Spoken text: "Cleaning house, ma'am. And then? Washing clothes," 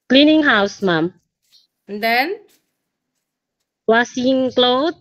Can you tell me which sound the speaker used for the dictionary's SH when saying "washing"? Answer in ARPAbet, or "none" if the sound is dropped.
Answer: S